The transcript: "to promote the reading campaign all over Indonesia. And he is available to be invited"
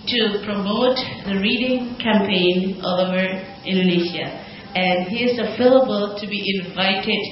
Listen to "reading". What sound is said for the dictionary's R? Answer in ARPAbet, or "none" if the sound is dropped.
R